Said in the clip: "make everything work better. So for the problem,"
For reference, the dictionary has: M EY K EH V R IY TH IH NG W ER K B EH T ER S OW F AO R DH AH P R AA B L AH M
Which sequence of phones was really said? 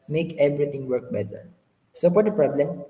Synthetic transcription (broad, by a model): M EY K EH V R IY T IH NG W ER K B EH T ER S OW P AO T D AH P R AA B L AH M